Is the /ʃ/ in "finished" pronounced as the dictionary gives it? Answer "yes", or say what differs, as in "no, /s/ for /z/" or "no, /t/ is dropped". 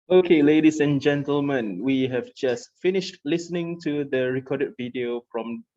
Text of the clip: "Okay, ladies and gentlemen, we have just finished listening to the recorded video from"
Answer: yes